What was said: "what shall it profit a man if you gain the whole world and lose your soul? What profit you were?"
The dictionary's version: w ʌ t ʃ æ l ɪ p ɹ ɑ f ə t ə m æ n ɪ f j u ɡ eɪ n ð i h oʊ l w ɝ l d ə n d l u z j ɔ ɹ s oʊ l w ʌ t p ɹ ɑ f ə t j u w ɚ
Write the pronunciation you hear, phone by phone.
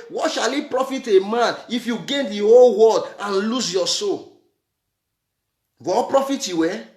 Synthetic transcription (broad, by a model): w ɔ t ʃ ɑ l ɪ p ɹ ɑ f ə t ə m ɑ n ɪ f j u ɡ eɪ n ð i h oʊ l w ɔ d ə n l u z j ɔ s oʊ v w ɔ p ɹ ɑ f ə t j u w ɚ